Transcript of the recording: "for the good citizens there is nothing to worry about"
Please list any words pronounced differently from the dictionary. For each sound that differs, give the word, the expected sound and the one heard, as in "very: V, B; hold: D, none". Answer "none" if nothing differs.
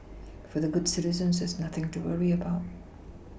none